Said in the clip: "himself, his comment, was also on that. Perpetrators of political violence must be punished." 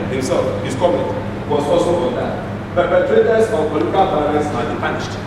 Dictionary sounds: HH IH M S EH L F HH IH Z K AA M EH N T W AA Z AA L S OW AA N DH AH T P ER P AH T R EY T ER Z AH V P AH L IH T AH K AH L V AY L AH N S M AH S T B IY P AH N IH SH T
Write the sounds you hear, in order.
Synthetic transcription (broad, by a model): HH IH M S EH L F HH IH S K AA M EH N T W AA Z AA L S OW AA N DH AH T P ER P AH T R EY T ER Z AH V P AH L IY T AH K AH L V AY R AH S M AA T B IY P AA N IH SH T